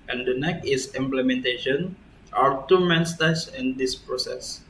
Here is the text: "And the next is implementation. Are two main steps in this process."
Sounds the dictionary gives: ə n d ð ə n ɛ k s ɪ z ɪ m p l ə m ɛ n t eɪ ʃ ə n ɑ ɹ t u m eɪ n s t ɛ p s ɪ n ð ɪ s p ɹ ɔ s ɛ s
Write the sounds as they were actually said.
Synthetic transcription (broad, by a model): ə n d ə n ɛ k ɪ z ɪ m p l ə m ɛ n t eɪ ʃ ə n ɑ ɹ t u m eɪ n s t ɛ s ɪ n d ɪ s p ɹ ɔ s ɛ s